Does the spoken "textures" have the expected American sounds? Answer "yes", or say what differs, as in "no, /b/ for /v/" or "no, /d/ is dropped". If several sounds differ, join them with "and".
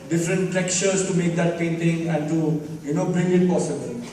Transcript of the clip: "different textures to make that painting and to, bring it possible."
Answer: no, /s/ is dropped